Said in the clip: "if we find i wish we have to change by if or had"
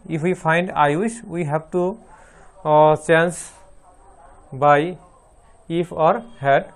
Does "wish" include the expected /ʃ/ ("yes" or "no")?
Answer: no